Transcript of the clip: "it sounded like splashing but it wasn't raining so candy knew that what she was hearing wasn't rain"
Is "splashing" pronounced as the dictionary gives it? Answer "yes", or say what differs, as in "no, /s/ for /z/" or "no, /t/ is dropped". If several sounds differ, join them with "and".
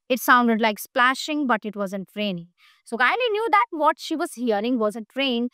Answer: yes